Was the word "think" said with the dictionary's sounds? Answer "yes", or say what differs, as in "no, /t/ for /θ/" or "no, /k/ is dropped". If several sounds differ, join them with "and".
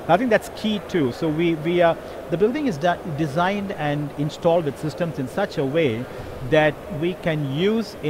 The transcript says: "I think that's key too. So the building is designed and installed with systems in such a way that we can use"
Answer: no, /t/ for /θ/